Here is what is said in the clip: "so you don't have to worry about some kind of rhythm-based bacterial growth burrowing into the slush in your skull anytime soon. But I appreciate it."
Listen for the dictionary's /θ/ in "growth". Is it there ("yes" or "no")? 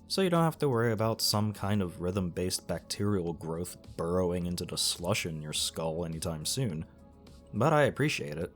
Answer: yes